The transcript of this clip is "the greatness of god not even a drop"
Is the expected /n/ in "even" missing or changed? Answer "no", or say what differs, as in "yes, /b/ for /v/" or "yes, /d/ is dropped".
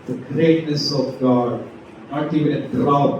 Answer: yes, /n/ is dropped